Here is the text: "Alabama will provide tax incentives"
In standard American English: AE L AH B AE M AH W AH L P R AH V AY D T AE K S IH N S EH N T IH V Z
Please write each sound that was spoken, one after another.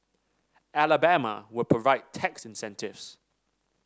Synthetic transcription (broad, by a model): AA L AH B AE M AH W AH P AH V AY T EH K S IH N S EH N T IH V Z